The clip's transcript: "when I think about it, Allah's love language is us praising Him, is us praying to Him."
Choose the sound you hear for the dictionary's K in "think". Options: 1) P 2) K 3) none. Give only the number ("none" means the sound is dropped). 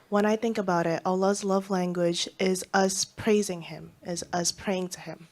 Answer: 2